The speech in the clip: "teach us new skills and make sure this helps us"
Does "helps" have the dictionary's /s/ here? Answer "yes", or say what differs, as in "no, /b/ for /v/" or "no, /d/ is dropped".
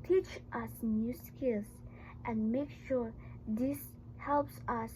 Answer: yes